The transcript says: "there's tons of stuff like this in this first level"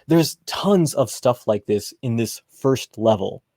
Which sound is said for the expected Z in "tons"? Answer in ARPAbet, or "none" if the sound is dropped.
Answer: Z